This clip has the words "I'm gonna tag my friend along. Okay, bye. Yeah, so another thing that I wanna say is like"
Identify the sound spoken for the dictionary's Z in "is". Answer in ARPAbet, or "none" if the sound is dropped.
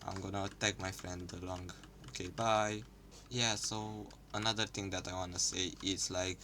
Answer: S